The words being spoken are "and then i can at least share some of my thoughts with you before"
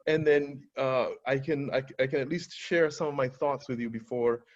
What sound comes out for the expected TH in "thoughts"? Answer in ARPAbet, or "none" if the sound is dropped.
TH